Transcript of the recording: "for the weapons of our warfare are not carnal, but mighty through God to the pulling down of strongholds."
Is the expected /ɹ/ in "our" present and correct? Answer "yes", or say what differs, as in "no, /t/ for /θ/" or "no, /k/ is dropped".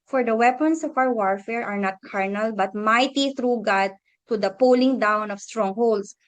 no, /w/ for /ɹ/